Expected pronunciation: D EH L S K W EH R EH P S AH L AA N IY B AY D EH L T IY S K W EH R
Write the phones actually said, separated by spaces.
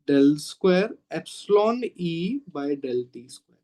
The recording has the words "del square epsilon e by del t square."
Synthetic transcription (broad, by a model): D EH L S K W EH R EH P S AH L AA N IY B AY D EH L T IY S K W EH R